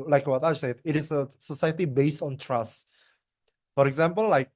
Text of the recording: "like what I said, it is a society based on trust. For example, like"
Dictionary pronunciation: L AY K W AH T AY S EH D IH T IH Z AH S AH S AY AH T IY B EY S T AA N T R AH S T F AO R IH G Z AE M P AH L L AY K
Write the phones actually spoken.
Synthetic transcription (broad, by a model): L AY K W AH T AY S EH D IH T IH S AH S AH S AY AH T IY B EY S T AA N T R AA S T F AO R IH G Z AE M P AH L L AY K